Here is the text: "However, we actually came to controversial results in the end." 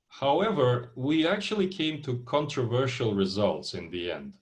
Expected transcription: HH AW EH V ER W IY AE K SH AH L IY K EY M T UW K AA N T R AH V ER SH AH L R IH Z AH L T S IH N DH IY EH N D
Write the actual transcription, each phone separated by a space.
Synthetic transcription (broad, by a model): HH AW EH V ER W IY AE K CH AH L IY K EY M T UW K AA N T R AH V ER SH AH L R IH Z AH L T S IH N DH IY EH N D